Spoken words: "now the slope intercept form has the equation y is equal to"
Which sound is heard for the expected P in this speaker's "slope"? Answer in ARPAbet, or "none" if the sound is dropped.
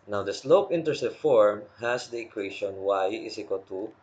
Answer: P